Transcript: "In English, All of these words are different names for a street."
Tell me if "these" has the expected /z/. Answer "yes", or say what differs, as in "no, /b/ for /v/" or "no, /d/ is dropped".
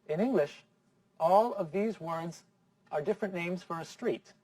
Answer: yes